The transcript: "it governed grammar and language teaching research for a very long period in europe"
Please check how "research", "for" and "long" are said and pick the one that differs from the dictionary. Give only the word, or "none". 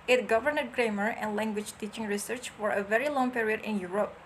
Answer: none